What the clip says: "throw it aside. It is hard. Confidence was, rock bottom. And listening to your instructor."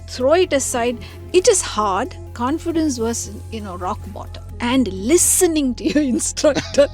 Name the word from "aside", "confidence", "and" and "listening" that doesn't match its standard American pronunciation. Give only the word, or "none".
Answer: none